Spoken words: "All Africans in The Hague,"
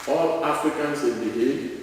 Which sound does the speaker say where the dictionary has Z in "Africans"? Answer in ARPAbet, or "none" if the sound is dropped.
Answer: S